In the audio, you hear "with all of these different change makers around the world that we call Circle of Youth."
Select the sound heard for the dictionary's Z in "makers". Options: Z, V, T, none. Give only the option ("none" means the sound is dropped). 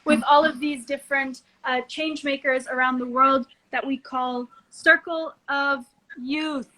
Z